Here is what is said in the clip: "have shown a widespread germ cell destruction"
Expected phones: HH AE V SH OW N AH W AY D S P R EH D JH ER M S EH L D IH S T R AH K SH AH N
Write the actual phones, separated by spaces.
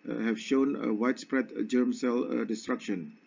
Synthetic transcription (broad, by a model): HH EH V SH OW N AH W AY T S P R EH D JH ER M S EH L D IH S T R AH K SH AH N